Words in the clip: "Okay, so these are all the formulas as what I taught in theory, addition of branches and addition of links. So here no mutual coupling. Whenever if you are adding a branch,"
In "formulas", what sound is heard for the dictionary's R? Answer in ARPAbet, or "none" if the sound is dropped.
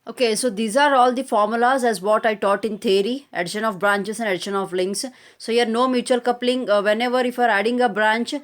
R